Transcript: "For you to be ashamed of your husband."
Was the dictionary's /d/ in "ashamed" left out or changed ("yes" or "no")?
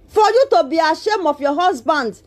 yes